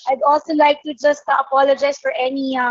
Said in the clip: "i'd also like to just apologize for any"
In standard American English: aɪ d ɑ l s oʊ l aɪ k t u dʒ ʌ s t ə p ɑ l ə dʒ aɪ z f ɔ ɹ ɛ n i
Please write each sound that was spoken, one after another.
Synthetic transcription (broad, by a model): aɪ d ɑ l s oʊ l aɪ k t u dʒ ʌ s t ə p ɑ l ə dʒ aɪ s f ɔ ɹ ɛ n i